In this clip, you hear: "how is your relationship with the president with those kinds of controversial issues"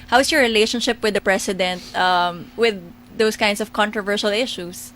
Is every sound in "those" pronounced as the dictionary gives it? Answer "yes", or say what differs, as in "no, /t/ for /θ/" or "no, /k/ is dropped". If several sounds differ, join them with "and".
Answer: no, /s/ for /z/